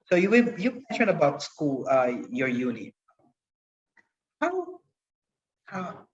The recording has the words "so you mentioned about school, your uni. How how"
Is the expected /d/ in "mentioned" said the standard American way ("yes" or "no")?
no